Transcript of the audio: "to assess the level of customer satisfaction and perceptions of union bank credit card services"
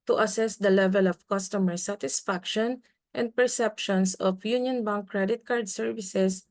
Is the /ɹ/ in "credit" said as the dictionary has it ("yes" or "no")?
yes